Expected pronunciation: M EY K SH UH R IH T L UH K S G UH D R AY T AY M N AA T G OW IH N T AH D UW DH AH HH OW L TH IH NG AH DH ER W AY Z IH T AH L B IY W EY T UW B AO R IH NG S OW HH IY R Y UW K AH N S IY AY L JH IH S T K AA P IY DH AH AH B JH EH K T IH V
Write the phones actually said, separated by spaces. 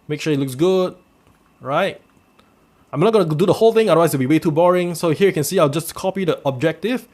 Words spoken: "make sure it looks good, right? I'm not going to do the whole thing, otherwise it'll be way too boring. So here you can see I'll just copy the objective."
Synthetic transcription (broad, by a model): M EY K SH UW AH IH T L UH K S G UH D R AY T AY M N AA T G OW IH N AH D UW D AH HH OW L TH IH NG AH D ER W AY IH S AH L B IY W EY T UW B AO R IH NG S OW HH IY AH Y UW K AH N S IY AY L JH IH S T K AA P IY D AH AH B JH EH K T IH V